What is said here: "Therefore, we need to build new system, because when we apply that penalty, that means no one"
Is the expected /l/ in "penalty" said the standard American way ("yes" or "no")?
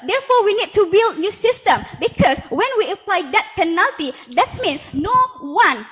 yes